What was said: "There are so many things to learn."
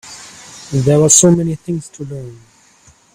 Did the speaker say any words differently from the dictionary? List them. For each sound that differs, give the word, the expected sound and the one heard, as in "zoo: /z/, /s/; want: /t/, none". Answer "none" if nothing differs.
there: /ɹ/, /w/